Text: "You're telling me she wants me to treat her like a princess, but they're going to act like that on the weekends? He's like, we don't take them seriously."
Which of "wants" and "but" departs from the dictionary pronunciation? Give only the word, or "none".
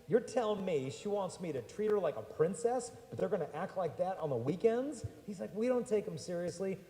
none